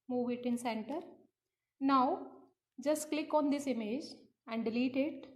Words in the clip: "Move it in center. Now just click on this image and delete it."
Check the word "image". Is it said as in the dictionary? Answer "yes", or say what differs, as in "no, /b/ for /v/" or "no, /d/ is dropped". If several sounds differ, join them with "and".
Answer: yes